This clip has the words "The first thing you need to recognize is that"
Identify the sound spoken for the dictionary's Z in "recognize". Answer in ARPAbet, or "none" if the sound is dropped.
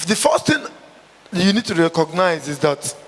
Z